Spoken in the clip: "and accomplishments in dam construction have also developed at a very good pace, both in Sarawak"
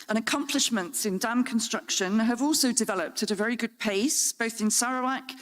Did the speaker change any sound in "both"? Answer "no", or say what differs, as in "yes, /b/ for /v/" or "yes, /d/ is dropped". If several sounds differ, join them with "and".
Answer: no